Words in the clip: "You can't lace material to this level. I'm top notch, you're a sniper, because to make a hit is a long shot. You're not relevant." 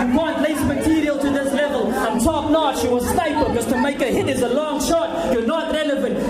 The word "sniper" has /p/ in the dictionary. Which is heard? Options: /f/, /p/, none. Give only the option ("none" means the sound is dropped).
none